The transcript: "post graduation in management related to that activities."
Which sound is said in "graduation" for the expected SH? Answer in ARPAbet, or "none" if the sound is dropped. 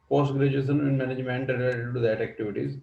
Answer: S